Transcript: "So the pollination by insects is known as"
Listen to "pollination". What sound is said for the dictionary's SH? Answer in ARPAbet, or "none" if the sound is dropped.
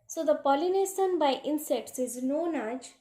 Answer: S